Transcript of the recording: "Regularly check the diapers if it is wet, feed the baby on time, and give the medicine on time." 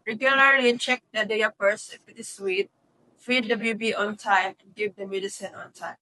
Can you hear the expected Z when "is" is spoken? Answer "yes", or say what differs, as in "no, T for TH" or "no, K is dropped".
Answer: no, S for Z